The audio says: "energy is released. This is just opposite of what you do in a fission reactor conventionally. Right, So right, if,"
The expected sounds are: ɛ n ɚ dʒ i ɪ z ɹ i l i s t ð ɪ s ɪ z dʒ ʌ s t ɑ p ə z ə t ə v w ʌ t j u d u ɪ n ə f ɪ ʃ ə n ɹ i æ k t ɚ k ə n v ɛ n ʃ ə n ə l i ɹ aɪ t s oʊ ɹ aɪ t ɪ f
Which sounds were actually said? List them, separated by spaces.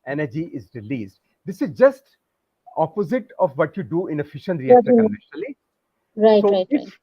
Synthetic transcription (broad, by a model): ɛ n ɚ dʒ i ɪ z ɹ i l i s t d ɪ s ɪ z dʒ ʌ s t ɑ p ə z ə t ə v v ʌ t j u d u ɪ n ə f ɪ ʃ ə n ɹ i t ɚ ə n ɛ ʃ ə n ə l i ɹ aɪ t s oʊ ɹ aɪ t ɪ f